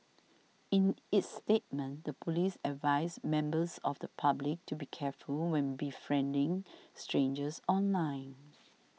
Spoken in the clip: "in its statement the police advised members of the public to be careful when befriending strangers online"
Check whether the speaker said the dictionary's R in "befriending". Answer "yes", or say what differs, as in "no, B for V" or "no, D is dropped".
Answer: yes